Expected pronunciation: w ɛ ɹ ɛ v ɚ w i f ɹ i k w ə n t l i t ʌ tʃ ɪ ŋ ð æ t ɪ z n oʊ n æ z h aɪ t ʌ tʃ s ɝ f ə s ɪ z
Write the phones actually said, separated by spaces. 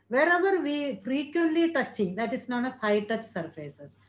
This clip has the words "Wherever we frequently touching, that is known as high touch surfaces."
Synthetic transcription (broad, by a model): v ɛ ɹ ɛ v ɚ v i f ɹ i k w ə n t l i t ʌ tʃ ɪ ŋ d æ t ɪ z n oʊ n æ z h aɪ t ʌ tʃ s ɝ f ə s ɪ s